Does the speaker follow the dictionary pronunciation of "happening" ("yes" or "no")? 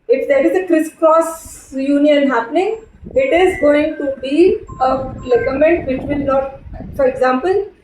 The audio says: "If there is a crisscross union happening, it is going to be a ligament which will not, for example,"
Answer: yes